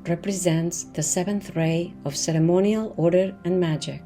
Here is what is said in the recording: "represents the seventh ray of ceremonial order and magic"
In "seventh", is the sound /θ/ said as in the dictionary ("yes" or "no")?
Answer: yes